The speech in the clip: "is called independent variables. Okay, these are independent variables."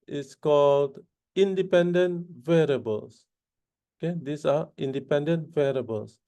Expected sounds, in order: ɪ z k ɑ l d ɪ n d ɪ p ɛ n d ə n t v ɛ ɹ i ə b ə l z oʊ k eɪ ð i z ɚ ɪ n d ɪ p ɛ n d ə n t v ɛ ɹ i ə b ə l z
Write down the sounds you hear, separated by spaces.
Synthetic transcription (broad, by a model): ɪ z k ɑ l d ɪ n d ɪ p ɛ n d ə n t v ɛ ɹ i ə b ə l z oʊ k eɪ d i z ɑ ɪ n d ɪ p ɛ n d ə n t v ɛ ɹ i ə b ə l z